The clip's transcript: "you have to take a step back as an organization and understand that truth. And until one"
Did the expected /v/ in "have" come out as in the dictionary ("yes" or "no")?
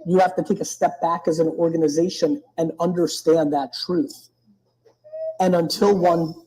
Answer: no